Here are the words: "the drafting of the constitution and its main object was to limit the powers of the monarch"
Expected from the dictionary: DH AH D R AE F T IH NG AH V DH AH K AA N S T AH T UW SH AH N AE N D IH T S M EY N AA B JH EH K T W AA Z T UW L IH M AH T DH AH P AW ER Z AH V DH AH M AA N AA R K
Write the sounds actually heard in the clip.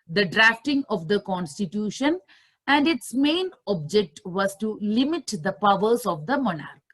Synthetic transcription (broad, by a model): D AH D R AE F T IH NG AH V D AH K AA N S T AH T UW SH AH N AE N D IH T S M EY N AA B JH EH K T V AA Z T UW L IH M AH T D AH P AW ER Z AH V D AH M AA N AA R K